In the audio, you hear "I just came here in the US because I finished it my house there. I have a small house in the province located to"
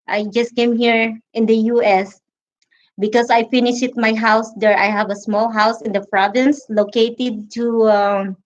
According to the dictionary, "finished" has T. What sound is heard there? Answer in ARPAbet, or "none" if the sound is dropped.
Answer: none